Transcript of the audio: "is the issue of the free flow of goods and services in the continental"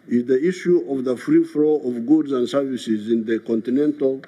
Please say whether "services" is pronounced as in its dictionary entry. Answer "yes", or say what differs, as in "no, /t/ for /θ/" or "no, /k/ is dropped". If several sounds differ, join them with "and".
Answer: yes